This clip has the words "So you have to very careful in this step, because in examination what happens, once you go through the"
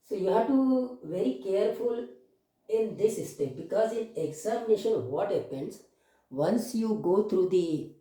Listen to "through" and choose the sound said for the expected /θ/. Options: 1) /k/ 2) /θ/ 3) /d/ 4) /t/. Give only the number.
4